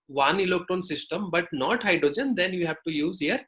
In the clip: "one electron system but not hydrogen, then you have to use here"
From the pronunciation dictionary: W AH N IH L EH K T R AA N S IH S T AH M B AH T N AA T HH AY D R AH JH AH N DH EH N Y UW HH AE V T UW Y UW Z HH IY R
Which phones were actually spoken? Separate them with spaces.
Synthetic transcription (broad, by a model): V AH N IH L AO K T AA N S IH S T AH M B AH T N AA T HH AY D R AH JH AH N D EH N Y UW HH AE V T UW Y UW Z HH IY R